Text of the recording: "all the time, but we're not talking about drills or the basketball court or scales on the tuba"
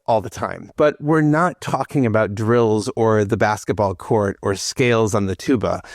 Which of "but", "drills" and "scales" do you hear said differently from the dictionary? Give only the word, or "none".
none